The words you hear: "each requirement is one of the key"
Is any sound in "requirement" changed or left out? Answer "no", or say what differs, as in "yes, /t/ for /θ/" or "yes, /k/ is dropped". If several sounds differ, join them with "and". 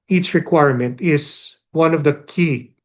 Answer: no